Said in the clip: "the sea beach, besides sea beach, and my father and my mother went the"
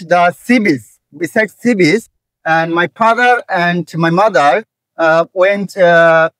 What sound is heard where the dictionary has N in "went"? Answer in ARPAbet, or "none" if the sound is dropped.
N